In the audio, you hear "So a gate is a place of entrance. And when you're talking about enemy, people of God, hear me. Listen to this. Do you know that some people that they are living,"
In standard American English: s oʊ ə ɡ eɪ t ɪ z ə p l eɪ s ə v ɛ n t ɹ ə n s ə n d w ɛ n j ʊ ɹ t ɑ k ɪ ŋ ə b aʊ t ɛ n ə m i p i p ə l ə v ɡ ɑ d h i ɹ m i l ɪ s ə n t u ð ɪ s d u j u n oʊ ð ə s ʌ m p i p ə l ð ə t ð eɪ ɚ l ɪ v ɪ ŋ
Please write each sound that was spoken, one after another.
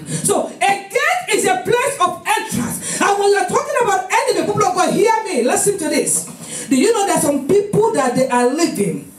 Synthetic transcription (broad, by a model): s oʊ ə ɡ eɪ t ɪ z ə p l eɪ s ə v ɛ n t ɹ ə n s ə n w ɛ n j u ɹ t ɑ k ɪ ŋ ə b aʊ t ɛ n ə i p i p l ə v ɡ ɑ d h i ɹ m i l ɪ s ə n t u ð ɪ s d u j u n oʊ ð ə s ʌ m p i p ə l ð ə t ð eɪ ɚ l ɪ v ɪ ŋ